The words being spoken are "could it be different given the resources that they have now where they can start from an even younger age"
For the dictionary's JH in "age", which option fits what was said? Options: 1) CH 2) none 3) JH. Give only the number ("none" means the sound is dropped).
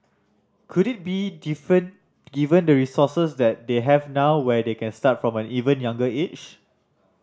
1